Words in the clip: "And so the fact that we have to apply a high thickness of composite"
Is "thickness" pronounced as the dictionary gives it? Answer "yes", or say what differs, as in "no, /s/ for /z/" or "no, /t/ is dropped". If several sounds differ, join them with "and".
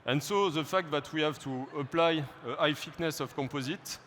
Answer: no, /f/ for /θ/